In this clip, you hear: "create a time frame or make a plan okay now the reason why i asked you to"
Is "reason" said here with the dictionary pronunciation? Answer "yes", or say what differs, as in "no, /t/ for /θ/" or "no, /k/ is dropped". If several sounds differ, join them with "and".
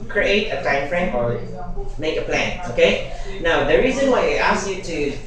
yes